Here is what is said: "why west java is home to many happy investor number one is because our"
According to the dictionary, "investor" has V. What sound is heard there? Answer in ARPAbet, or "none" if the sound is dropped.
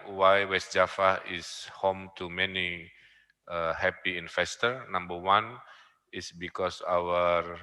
F